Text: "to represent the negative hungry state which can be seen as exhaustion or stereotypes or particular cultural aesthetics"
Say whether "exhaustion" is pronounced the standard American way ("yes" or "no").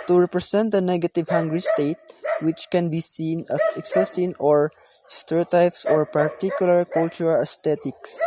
no